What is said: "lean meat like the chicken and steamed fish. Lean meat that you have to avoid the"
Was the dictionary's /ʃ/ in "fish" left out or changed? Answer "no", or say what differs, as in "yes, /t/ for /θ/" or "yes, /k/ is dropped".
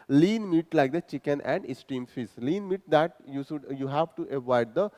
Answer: yes, /s/ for /ʃ/